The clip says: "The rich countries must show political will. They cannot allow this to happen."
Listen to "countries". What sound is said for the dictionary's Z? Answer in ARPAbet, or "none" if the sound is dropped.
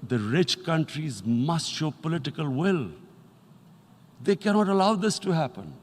Z